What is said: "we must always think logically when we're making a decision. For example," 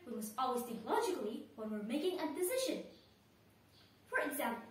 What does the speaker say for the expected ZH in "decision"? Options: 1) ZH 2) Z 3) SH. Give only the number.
3